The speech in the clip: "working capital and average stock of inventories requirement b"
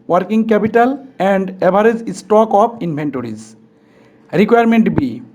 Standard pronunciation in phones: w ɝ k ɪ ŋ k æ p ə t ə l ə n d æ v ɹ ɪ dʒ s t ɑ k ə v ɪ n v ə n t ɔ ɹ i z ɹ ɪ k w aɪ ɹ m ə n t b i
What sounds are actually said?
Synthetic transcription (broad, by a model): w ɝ k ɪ ŋ k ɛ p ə t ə l ə n d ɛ b ɹ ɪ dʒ s t ɑ k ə p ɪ n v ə n t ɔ ɹ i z ɹ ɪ k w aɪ ɹ m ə n t b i